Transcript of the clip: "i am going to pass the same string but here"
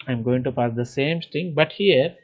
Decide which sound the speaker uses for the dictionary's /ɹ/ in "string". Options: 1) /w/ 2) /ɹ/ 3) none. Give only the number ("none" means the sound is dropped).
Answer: 3